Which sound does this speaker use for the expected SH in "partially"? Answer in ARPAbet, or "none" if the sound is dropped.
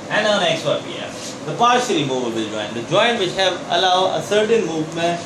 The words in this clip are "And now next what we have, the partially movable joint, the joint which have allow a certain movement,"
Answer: S